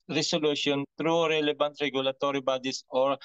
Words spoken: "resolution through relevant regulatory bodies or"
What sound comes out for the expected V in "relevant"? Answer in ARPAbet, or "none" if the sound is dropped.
B